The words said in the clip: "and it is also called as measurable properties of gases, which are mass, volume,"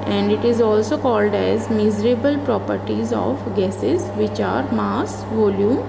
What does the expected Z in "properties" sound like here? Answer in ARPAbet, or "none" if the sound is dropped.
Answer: Z